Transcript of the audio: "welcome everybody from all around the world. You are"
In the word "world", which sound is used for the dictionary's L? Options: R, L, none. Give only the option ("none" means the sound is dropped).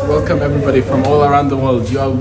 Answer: L